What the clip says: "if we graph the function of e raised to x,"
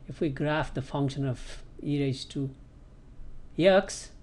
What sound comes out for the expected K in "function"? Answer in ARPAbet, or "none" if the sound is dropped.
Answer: K